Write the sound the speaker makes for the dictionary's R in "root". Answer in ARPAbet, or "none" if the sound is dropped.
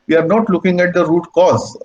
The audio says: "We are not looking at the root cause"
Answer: R